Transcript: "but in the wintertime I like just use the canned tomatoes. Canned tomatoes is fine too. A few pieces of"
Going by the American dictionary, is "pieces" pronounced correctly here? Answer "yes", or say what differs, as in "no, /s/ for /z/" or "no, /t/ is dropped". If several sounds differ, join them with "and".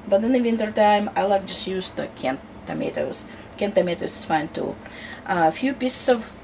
no, /s/ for /z/